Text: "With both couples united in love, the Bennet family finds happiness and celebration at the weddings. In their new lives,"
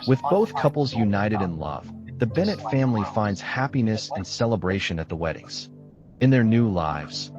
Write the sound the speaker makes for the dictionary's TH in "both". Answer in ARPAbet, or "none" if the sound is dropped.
TH